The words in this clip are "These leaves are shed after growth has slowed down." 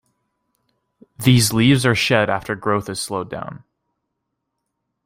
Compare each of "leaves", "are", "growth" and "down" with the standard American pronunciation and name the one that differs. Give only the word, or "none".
none